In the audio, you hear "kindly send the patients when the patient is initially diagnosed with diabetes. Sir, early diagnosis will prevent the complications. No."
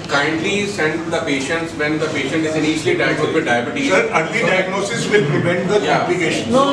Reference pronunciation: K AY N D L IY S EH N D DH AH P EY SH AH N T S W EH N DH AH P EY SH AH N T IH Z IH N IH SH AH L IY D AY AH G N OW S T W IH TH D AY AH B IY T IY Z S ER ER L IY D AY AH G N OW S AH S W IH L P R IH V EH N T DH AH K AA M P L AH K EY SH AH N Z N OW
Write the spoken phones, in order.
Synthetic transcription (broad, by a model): K AY N D L IY S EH N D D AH P EY SH AH N T S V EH N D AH P EY SH AH N T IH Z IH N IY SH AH L IY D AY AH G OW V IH D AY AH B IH T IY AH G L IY D AY AH G N OW S AH S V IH L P R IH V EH N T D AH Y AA P L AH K EY SH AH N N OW